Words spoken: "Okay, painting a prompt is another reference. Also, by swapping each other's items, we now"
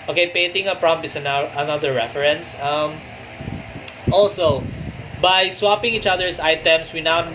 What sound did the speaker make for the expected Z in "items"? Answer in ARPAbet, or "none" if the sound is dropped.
S